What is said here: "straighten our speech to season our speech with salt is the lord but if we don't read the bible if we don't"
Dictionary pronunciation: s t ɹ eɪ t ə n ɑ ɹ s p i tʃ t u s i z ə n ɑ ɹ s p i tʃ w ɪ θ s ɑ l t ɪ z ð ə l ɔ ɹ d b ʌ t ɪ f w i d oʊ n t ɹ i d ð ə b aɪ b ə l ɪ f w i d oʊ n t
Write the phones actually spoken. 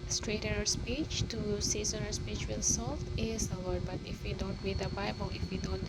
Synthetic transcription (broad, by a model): s t ɹ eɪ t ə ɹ s p i tʃ t u s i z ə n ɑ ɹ s p i tʃ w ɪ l s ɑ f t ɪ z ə w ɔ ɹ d b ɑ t ɪ f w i d oʊ n t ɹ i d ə b aɪ b ə l ɪ f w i d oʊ n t